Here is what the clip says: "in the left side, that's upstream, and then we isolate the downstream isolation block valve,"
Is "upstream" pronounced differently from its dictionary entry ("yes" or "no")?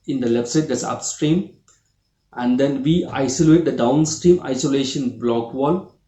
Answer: no